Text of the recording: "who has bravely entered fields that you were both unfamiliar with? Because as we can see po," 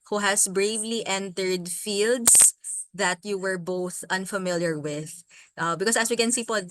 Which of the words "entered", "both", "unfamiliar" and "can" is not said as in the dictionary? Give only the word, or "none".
none